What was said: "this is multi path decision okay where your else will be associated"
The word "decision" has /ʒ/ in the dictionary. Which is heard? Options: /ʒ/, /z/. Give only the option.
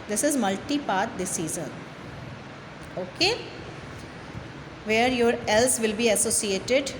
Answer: /z/